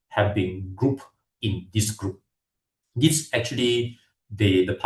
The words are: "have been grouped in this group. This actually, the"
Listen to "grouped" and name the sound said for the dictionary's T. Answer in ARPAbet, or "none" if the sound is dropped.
none